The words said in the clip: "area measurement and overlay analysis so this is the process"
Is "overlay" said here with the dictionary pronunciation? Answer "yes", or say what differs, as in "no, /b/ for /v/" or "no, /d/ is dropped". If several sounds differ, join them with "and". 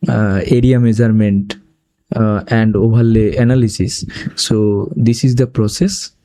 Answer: no, /b/ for /v/